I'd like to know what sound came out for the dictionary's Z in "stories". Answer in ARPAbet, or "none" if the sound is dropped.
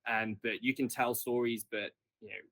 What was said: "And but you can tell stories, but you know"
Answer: Z